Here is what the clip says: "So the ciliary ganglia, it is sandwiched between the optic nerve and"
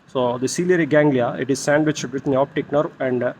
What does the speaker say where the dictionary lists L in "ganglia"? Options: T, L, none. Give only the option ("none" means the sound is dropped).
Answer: L